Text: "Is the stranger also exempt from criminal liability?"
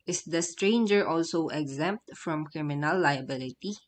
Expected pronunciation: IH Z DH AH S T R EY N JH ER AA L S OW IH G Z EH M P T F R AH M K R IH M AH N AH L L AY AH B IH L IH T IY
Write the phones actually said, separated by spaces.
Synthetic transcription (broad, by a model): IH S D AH S T R EY N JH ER AA L S OW IH G Z EH M P T F R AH M K R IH M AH N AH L L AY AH B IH L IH T IY